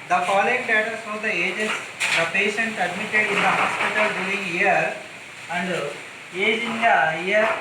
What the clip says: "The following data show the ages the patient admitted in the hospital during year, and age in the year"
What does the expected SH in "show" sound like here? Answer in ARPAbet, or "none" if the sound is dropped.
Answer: S